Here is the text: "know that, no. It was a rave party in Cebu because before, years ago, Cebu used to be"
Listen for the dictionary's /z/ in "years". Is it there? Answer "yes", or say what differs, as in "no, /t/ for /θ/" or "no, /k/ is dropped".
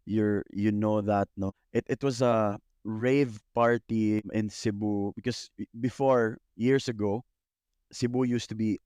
no, /s/ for /z/